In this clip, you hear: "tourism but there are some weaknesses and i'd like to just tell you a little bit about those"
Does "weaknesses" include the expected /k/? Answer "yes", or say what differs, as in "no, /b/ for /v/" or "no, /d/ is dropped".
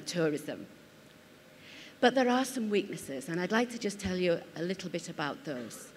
yes